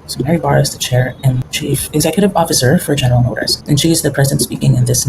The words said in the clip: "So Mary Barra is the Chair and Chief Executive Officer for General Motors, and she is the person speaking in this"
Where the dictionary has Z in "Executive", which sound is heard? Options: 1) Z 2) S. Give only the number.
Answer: 1